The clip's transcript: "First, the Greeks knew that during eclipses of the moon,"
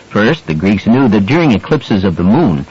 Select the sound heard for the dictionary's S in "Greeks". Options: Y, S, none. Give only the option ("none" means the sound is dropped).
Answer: S